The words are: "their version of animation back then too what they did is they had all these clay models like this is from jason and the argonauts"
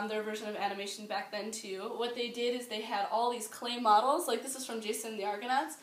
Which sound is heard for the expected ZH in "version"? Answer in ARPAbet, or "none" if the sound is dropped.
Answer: ZH